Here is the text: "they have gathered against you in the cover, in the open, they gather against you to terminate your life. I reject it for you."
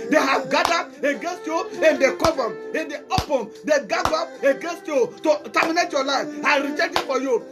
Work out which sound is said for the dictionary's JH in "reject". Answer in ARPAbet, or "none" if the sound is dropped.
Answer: CH